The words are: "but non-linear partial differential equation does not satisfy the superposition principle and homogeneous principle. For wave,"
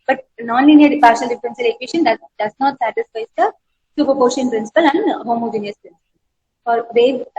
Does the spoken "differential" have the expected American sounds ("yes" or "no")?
no